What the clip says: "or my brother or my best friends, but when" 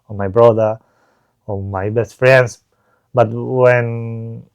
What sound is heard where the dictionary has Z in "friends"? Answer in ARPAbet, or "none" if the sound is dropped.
S